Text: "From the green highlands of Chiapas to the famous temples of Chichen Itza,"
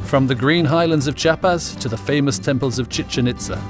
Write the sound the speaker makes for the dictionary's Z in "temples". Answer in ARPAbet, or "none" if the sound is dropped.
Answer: Z